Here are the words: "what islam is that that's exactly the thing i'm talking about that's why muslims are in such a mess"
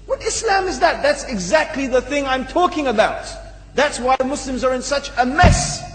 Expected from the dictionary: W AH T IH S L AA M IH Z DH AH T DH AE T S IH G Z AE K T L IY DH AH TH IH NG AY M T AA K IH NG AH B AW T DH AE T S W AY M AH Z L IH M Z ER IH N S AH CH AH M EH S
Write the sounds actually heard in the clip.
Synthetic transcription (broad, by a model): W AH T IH S L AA M IH Z DH AH T DH AE T S IH G Z AE K T L IY DH AH TH IH NG AY M T AA K IH NG AH B AW T DH AE T S W AY M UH S L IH M Z ER IH N S AH CH AH M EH S